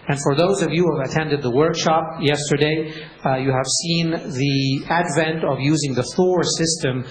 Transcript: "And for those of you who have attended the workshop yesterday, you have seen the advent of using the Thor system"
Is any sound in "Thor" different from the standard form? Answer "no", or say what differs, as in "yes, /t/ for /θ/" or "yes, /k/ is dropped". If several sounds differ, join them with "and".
no